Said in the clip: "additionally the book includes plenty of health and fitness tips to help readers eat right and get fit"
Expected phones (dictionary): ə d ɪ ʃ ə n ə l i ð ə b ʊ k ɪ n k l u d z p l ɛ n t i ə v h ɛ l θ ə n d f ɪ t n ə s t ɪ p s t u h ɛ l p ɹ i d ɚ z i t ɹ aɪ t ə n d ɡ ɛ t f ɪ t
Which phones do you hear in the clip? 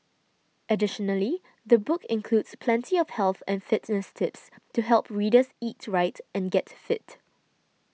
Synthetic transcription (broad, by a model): ə d ɪ ʃ ə n ə l i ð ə b ʊ k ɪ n k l u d s p l ɛ n t i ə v h ɛ l θ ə n f ɪ t n ə s t ɪ p s t u h ɛ l p ɹ i d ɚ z i t ɹ aɪ t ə n ɡ ɛ t f ɪ t